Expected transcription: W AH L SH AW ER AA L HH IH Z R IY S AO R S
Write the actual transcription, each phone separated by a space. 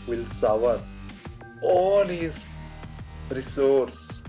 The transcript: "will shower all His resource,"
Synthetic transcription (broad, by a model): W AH L S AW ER AA L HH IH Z R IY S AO R S